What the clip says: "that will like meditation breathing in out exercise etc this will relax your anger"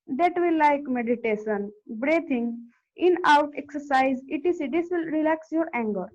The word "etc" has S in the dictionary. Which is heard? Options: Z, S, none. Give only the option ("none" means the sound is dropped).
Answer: none